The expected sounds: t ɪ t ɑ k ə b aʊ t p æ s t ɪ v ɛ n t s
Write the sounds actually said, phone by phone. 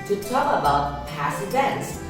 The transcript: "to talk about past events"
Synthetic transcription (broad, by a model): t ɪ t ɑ ə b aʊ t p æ s ɪ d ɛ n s